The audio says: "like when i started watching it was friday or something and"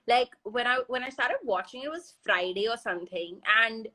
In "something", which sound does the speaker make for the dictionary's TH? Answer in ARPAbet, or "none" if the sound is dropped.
TH